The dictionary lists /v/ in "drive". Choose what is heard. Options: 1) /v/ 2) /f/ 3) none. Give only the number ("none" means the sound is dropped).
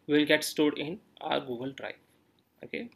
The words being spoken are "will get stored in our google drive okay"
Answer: 3